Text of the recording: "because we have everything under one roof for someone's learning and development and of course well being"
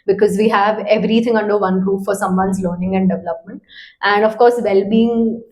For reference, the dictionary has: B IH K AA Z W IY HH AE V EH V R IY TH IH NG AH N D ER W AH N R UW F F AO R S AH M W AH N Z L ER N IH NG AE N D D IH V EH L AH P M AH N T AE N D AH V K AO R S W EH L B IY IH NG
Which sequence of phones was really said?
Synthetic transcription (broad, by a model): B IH K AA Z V IY HH AE V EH V R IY T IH NG AH N D ER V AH N R UW P F AO R S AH M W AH N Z L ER N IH NG AE N D D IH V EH L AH P M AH N T AE N D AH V K AO R S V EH L B IY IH NG